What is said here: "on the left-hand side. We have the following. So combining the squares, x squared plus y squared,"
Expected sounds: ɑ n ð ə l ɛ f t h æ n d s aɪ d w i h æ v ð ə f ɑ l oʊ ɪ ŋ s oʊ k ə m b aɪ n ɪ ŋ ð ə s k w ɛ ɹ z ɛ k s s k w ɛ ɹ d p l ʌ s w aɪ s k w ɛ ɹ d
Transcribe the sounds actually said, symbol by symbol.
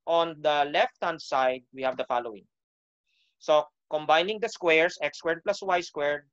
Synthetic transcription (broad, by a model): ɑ n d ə l ɛ f t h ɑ n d s aɪ d w i h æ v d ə f ɑ l oʊ ɪ ŋ s oʊ k ə m b aɪ n ɪ ŋ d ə s k w ɛ ɹ s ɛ k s s k w ɛ ɹ d p l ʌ s w aɪ s k w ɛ ɹ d